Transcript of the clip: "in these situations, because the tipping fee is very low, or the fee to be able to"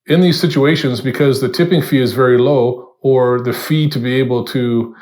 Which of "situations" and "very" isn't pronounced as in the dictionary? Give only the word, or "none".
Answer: none